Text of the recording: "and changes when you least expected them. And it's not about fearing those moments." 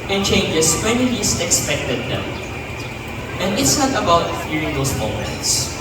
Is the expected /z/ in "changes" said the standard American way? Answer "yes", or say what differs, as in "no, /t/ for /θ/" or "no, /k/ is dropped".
no, /s/ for /z/